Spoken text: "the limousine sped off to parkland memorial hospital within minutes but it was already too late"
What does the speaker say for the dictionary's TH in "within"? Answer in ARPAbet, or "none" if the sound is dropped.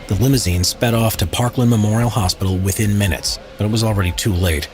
TH